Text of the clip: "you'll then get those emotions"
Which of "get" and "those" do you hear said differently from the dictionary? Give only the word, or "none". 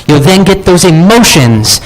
none